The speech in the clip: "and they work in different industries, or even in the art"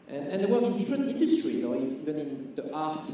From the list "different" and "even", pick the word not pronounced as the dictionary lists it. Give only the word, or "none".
none